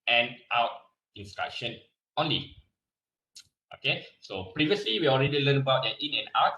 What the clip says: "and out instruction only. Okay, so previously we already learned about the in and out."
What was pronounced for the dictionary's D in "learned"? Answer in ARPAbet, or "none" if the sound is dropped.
none